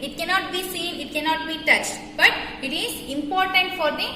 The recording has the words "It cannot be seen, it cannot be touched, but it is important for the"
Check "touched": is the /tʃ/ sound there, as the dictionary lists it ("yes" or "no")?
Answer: yes